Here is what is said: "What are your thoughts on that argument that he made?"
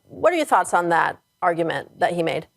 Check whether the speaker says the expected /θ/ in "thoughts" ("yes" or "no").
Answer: yes